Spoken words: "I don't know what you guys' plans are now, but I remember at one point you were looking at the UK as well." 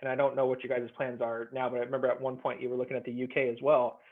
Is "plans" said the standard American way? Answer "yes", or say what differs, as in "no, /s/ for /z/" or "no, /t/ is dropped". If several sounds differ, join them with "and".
yes